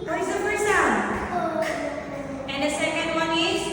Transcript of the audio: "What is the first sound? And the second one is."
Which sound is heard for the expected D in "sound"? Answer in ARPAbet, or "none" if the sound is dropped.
none